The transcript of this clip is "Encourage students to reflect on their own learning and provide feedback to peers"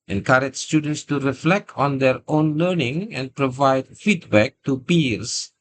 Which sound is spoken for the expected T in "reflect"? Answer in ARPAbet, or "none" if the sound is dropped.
T